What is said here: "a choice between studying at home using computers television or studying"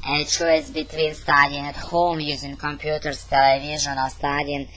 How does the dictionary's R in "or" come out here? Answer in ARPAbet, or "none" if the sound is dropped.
L